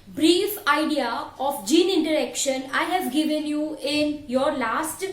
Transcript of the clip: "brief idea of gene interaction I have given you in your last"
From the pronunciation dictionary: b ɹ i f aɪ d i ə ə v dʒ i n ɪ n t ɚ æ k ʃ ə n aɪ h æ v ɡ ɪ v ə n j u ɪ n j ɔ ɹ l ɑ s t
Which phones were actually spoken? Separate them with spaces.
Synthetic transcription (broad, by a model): b ɹ i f aɪ d i ə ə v dʒ i n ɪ n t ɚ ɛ k ʃ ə n aɪ h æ v ɡ ɪ v ə n j u ɪ n j ɔ ɹ l ɑ s t